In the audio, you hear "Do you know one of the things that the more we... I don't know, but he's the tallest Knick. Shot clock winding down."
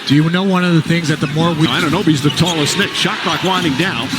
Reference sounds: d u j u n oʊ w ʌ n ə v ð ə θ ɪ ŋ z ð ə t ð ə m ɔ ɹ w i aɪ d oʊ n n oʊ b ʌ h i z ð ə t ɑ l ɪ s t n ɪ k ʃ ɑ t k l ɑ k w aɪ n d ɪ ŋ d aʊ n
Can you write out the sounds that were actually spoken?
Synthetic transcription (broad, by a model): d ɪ j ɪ n oʊ w ʌ n ə v ð ə θ ɪ ŋ z ð ə t ð ə m ɔ ɹ w i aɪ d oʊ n n oʊ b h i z ð ə t ɑ l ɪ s n ɪ k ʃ ɑ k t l ɑ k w aɪ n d ɪ ŋ d aʊ n